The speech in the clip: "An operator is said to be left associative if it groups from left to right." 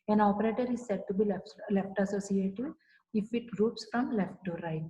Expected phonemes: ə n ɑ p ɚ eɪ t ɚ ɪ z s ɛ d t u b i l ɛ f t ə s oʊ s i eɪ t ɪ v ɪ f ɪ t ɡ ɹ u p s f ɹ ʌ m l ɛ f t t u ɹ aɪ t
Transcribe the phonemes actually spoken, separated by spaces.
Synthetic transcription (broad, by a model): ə n ɑ p ɚ eɪ t ɚ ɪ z s ɛ d t u b i l ɛ f t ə s oʊ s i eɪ t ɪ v ɪ f ɪ t ɡ ɹ u p s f ɹ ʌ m l ɛ f t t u ɹ aɪ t